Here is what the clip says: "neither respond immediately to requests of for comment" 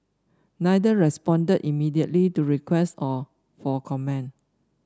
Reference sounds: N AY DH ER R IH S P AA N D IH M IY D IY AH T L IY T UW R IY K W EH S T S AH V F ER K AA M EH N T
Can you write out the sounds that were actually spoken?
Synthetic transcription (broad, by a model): N AY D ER R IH S P AA N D IH M IY D IY AH T L IY T UW R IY K W EH S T AH F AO K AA M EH N